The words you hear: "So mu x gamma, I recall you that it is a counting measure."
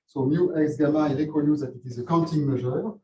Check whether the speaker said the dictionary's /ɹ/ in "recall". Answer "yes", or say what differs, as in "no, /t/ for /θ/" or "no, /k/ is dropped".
no, /l/ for /ɹ/